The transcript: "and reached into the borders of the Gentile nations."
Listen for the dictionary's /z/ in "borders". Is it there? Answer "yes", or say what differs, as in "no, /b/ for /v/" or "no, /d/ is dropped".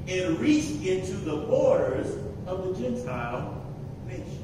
yes